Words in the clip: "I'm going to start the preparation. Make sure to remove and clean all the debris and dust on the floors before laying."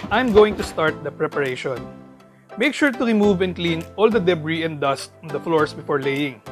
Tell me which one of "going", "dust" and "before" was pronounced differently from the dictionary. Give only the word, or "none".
none